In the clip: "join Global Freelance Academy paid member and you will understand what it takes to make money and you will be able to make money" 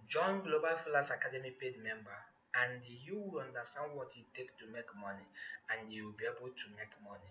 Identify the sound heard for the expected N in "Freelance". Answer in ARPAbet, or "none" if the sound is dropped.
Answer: none